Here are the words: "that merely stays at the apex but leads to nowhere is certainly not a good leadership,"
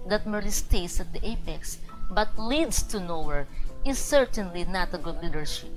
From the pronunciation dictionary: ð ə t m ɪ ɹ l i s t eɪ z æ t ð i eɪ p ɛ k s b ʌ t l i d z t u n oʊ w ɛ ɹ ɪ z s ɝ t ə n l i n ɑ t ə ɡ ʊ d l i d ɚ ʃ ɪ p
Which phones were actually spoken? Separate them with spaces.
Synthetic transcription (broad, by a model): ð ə t m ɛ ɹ i s t eɪ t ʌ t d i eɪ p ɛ k s b ʌ t l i d s t u n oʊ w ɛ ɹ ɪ s ɝ t ə n l i n ɑ t ə ɡ ʊ d l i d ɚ ʃ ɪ p